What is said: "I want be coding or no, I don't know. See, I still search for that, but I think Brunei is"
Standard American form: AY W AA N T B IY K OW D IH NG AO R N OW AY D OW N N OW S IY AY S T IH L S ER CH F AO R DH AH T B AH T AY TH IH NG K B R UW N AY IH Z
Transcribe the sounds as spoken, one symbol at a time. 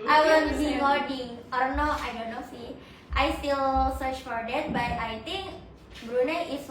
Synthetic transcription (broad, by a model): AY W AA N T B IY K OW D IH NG AO R N OW AY D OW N N OW S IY AY S T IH L S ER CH F AO R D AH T B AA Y AY T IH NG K B R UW N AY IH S